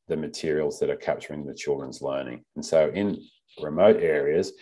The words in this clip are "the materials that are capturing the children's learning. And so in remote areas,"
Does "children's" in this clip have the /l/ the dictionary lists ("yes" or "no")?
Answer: yes